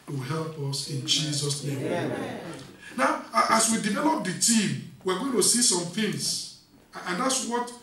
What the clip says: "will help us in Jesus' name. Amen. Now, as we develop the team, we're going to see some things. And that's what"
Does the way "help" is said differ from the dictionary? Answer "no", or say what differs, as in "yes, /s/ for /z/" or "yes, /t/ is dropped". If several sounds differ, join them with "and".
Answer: no